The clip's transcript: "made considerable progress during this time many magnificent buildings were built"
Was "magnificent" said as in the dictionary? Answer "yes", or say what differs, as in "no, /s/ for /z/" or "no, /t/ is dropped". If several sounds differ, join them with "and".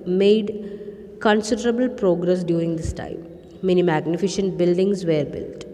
no, /ʃ/ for /s/